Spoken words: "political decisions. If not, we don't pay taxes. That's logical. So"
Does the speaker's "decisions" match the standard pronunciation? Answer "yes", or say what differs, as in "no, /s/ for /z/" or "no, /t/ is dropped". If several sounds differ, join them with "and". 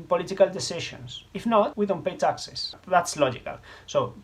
no, /ʃ/ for /ʒ/ and /s/ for /z/